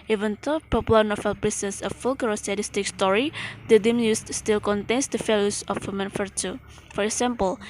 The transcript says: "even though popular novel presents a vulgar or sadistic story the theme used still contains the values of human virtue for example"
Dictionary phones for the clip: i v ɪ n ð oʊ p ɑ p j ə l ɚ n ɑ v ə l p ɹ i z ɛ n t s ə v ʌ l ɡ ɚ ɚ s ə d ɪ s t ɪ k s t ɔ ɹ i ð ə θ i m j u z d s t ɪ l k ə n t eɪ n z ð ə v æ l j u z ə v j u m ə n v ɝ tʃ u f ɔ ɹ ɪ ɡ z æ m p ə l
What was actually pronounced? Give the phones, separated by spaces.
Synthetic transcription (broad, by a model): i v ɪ n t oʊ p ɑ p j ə l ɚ n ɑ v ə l p ɹ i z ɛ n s ə f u l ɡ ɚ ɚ s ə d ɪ s t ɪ k s t ɔ ɹ i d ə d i m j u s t s t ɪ l k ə n t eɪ n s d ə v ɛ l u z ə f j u m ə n f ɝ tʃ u f ɔ ɹ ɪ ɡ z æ m p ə l